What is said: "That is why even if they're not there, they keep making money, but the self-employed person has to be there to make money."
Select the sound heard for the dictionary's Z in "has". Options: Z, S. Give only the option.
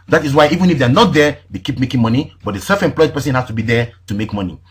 S